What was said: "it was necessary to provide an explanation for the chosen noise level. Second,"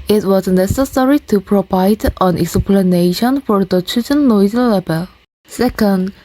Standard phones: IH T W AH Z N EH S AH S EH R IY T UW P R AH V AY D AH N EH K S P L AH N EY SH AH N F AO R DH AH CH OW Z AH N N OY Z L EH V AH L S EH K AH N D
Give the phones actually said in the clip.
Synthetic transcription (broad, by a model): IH T W AH Z N EH S AH S EH R IY T UW P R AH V AY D AH N EH K S P L AH N EY SH AH N F AO R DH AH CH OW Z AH N L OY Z L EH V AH L S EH K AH N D